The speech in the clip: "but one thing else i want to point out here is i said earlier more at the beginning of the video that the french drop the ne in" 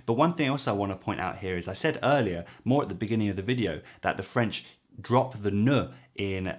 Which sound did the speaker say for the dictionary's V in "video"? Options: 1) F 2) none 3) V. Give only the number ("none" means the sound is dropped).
3